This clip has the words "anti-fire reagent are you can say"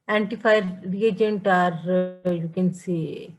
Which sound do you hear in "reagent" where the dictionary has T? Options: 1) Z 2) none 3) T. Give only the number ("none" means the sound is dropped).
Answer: 3